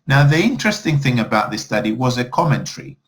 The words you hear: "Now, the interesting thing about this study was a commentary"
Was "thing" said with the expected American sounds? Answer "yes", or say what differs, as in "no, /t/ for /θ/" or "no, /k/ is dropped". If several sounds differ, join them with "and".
yes